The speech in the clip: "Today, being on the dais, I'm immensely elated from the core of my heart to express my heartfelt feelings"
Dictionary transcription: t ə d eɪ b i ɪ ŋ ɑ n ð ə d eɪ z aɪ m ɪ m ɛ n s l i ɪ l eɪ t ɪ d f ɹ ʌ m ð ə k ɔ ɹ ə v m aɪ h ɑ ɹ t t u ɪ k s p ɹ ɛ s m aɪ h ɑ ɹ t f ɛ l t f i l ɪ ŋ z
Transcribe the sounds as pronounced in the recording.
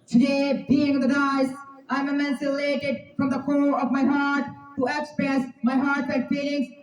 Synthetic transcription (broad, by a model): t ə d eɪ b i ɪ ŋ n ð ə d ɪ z aɪ m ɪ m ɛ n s ɪ l eɪ t ɪ d f ɹ ʌ m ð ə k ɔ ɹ ə v m aɪ h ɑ ɹ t t u ɪ k s p ɹ ɛ s m aɪ h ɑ ɹ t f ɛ t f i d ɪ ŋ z